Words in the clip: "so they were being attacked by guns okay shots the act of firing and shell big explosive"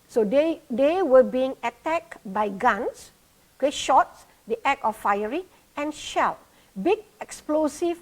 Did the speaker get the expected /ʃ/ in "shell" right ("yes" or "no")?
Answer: yes